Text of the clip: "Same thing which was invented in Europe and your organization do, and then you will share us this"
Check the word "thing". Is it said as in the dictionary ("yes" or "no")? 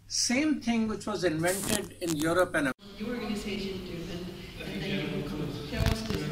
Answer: no